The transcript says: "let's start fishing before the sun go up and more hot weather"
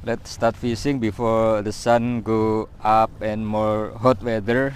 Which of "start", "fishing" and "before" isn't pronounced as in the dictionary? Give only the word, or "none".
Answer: fishing